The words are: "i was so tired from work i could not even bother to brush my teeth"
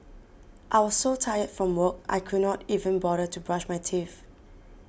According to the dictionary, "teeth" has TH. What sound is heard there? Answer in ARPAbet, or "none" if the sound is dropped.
F